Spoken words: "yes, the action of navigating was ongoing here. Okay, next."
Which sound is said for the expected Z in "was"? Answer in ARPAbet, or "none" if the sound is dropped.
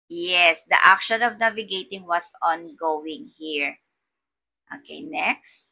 S